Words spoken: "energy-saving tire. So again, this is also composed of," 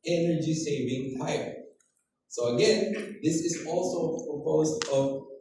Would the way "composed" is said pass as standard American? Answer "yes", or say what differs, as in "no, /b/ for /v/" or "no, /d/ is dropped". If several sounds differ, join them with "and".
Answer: no, /m/ is dropped